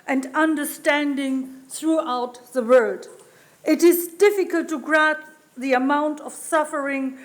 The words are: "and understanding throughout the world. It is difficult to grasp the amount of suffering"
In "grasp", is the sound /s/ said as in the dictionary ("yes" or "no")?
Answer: no